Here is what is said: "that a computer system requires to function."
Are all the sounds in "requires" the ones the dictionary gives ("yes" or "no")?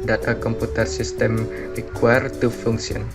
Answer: no